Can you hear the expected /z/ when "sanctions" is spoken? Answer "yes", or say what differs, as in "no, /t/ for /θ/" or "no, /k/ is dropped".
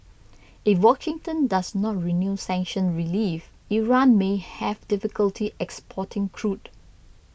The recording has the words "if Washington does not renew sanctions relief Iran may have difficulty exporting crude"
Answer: no, /z/ is dropped